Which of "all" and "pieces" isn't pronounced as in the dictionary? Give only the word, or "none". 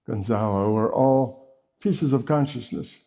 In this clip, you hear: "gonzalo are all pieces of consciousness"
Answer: none